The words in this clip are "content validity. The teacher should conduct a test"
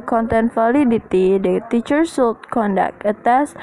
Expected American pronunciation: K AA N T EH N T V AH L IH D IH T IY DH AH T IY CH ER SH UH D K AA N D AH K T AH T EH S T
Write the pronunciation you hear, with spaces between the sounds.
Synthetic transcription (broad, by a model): K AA N T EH N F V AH L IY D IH T IY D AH T IY CH ER S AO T K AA N D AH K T AH T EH S